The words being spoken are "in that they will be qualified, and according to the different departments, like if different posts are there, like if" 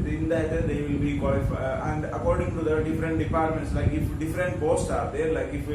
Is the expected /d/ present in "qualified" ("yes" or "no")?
no